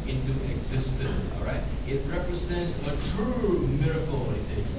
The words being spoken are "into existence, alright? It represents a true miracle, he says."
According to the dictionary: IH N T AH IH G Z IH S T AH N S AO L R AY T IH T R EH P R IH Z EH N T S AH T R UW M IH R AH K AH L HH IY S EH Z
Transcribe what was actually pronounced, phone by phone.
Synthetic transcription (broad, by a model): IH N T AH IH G Z IH S T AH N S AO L R AY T IH T R EH P R IH Z EH N T S AH T R UW M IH R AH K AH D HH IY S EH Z